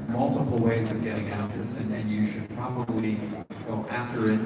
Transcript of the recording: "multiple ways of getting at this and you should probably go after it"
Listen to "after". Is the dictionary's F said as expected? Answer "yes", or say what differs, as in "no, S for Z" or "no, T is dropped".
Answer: yes